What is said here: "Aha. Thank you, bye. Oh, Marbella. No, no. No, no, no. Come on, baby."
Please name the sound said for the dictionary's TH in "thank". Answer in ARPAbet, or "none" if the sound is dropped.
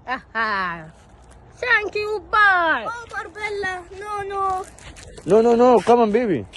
S